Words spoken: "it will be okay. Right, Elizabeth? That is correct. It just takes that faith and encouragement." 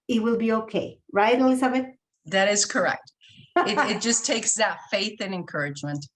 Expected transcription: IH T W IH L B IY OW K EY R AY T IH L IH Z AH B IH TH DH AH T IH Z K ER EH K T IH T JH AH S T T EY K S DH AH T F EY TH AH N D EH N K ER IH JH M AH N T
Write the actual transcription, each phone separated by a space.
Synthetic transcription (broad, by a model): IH T W IH L B IY OW K EY R AY T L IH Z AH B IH T DH AH T IH Z K ER EH K T IH T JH AH S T T EY K S DH AH T F EY TH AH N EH N K ER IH JH M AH N T